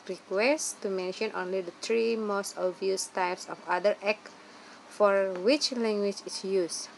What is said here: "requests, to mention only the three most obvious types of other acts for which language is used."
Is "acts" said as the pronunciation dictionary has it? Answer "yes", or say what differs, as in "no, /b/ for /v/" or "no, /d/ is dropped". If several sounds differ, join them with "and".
no, /s/ is dropped